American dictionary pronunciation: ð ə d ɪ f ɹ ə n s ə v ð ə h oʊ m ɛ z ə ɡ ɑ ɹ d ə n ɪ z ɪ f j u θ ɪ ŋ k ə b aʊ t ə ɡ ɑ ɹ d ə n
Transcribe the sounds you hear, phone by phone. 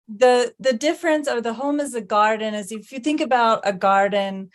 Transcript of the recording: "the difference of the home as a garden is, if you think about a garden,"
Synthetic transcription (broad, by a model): ð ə d ɪ f ɹ ə n s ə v ð ə h oʊ m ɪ z ə ɡ ɑ ɹ d n ɪ z ɪ f j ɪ θ ɪ ŋ k ə b aʊ t ə ɡ ɑ ɹ d n